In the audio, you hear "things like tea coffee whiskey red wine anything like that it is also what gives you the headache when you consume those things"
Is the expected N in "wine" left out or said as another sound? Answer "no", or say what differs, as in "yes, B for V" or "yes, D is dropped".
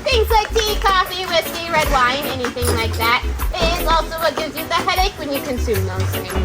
no